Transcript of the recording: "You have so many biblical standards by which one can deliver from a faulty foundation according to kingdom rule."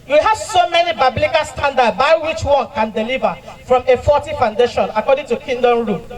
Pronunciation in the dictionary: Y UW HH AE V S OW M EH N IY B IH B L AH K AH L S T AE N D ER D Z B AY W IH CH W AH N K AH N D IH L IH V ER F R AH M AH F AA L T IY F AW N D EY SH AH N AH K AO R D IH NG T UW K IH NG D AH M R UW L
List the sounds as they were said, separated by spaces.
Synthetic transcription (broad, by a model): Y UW HH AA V S OW M EH N IY B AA B L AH K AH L S T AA N D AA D B AY W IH CH W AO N K AH N D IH L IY V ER F R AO M AH F AA T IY F AW N D EY SH AH N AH K AO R D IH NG T UW K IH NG D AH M R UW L